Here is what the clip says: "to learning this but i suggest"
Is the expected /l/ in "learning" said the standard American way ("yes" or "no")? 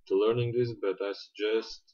yes